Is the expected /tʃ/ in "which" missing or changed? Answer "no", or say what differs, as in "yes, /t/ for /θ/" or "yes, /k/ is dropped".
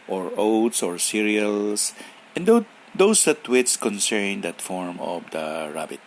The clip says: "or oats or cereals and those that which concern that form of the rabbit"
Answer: yes, /s/ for /tʃ/